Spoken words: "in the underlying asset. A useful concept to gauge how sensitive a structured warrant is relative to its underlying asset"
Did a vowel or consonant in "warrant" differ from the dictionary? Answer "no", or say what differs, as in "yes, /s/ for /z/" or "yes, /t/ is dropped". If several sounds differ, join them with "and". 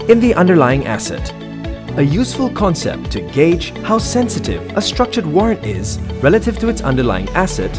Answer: no